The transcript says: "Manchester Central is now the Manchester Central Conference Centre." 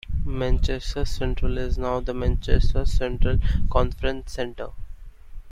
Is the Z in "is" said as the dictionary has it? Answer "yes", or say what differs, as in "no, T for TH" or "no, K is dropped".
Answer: yes